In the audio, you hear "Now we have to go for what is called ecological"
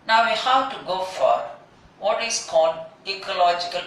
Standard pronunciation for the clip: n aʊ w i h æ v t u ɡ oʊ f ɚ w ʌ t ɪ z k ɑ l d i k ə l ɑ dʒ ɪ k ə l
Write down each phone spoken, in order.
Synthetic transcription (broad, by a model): n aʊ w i h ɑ w t u ɡ oʊ f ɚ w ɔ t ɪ s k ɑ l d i k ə l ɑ dʒ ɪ k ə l